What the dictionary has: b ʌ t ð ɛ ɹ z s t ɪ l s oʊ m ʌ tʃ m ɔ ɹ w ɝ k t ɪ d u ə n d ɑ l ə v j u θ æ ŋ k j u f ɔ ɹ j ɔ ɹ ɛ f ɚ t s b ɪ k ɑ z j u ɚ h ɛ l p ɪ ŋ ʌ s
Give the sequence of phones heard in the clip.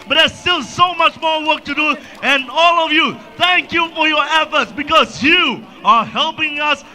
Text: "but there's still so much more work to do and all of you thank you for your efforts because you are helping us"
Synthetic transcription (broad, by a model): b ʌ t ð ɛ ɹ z s t ɪ l s oʊ m ʌ tʃ m ɔ ɹ w ɝ k t ɪ d u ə n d ɑ l ə v j u θ æ ŋ k j u f ɔ ɹ j ɔ ɹ ɛ f ɚ t s b ɪ k ɑ z j u ɚ h ɛ l p ɪ ŋ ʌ s